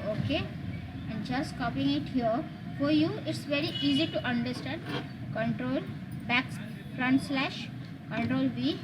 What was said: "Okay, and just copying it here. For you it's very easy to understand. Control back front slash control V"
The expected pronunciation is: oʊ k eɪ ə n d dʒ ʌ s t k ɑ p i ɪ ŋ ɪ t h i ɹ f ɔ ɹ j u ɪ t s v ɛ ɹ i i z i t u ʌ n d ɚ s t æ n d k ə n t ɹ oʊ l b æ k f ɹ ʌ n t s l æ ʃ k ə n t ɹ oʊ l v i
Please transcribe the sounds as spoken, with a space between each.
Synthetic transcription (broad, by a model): oʊ k eɪ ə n dʒ ʌ s t k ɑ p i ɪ ŋ ɪ t h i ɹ f ɔ ɹ j u ɪ t s v ɛ ɹ i i z i t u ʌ n d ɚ s t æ n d k ə n t ɹ oʊ l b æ k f ɹ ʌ n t s l æ ʃ k ə n t ɹ oʊ l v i